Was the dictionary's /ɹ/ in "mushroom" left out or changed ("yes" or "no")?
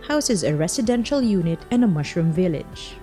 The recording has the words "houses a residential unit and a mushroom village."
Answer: no